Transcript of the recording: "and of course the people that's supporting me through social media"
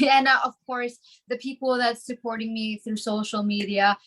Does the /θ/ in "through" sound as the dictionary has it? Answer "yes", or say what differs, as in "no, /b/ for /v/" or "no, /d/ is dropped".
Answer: yes